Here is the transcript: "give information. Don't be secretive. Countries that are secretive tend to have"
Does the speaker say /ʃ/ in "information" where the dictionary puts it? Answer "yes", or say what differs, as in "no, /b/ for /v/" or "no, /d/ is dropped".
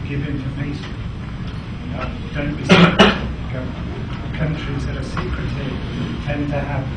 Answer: no, /s/ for /ʃ/